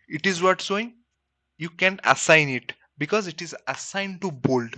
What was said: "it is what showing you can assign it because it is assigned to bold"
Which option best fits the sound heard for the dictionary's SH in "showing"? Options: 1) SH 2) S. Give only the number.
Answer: 2